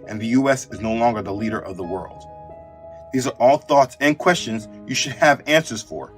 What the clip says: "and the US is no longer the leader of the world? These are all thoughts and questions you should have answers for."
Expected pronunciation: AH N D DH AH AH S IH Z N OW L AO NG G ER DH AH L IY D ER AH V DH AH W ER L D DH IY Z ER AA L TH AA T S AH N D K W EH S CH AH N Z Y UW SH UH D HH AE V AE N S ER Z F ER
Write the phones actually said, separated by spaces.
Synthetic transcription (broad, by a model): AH N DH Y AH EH S IH Z N OW L AO NG G ER DH AH L IY D ER AH V DH AH W ER L D DH IY Z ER AA L TH AA T S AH N K W EH S CH AH N Z Y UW SH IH D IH V AE N S ER Z F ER